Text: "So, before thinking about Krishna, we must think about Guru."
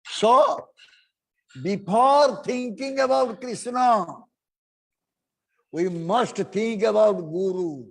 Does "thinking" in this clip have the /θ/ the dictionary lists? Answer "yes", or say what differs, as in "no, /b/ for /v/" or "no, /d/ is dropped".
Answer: no, /t/ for /θ/